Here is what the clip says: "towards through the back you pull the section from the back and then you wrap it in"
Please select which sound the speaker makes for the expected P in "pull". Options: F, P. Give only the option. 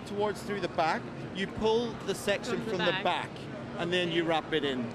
P